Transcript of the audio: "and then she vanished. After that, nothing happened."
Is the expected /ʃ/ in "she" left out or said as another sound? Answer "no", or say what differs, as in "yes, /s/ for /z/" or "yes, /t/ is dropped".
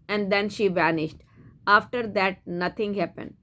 no